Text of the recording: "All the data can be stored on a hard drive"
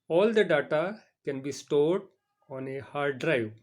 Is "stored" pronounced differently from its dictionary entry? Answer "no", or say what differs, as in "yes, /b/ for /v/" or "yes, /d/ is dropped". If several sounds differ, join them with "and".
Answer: no